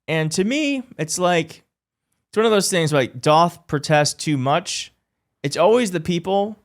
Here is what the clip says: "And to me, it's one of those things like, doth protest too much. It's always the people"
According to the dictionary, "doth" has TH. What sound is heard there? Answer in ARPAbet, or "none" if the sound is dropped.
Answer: TH